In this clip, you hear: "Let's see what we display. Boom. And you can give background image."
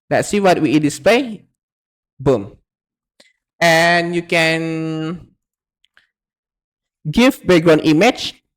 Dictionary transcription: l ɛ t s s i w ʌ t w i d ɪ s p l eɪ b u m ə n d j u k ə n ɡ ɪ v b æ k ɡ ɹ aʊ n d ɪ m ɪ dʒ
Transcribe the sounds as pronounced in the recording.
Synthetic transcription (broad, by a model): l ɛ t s s i w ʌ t w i d ɪ s p l eɪ b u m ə n j u k ə n ɡ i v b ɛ ɡ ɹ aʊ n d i m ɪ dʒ